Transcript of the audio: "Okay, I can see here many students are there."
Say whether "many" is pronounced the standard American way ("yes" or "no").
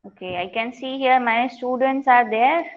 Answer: no